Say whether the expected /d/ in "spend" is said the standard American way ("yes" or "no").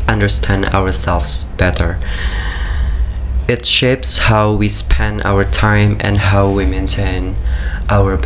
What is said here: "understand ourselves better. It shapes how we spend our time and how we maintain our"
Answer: no